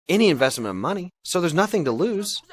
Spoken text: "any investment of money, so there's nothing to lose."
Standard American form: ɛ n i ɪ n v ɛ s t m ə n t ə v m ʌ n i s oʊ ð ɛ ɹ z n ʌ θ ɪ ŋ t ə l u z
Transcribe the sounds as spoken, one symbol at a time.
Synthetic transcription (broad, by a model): ɛ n i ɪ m v ɛ s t m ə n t ə v m ʌ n i s oʊ ð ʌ ɹ z n ʌ θ ɪ ŋ t ə l u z